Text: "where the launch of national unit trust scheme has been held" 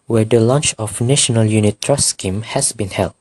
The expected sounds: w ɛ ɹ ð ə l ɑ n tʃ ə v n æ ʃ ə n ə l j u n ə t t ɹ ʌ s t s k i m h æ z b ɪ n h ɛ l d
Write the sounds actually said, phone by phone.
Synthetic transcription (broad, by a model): w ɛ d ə l ɑ n tʃ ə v n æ ʃ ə n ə l j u n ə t t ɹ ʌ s s k i m h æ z b ɪ n h ɛ l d